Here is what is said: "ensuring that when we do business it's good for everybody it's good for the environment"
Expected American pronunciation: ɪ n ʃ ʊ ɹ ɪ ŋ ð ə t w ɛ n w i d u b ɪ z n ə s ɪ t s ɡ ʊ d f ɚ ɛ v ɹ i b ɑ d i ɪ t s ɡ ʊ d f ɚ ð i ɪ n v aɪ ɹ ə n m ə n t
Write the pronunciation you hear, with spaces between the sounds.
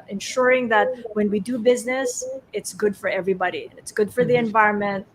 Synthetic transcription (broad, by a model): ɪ n ʃ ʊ ɹ ɪ ŋ ð ə t w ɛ n w i d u b ɪ z n ə s ɪ t s ɡ ʊ d f ɚ ɛ v ɹ i b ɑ d i ɪ t s ɡ ʊ d f ɚ ð i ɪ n v aɪ ɹ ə n m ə n t